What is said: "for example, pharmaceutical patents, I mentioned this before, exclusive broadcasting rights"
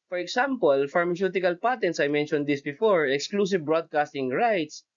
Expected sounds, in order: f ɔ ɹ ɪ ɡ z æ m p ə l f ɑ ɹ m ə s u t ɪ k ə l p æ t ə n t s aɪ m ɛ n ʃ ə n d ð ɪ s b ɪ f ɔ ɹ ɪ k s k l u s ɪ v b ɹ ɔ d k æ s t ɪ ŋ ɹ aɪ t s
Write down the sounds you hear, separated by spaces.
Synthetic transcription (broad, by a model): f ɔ ɹ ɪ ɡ s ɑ m p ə l f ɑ ɹ m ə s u t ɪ k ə l p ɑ t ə n t s aɪ m ɛ n ʃ ə n d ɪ s b ɪ f ɔ ɹ ɪ k s k l u s ɪ v b ɹ ɔ d k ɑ s t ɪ ŋ ɹ aɪ t s